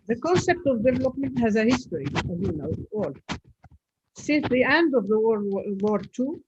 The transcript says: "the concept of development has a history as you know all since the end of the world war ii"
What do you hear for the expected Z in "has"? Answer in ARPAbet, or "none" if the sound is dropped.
Z